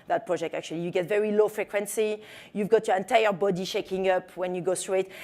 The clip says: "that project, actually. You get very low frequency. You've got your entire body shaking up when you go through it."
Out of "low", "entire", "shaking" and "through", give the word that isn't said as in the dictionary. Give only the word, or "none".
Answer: through